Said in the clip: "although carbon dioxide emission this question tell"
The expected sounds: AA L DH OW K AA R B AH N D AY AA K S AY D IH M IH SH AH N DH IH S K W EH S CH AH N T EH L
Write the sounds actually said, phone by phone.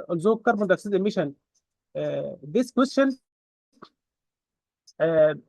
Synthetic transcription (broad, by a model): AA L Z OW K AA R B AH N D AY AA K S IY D IH M IH SH AH N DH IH S K W EH S CH AH N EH